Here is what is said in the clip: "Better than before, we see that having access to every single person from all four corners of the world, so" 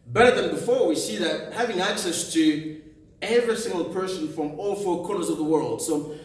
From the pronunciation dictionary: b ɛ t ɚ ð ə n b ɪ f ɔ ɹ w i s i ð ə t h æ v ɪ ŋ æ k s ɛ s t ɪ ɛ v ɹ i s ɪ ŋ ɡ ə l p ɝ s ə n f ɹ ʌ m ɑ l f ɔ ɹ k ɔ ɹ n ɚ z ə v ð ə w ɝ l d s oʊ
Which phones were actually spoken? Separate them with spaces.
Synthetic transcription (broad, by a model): b ɛ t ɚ ð ə n b ɪ f ɔ ɹ w i s i ð ə t h æ v ɪ ŋ æ k s ɛ s t ɪ ɛ v ɹ i s ɪ ŋ ɡ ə l p ɝ s ə n f ɹ ʌ m ɑ l f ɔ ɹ k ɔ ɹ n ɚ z ə v ð ə w ɝ l d s oʊ